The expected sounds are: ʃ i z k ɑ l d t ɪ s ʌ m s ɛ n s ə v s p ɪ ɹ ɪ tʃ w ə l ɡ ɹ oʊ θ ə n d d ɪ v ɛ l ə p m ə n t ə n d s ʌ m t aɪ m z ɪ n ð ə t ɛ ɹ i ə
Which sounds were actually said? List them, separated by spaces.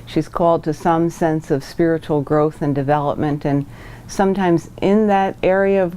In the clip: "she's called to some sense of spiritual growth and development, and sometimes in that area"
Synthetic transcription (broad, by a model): ʃ i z k ɑ l d t ɪ s ʌ m s ɛ n s ə v s p ɪ ɹ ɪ tʃ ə l ɡ ɹ oʊ θ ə n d d ɪ v ɛ l ə p m ə n t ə n s ʌ m t aɪ m z ɪ n ð ə t ɛ ɹ i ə